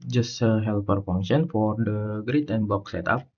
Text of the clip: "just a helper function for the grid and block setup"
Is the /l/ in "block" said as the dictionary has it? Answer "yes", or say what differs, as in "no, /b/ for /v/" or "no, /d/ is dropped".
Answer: no, /l/ is dropped